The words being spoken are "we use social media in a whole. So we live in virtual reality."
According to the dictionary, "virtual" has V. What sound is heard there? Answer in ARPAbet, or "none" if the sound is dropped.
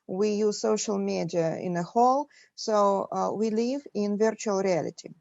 V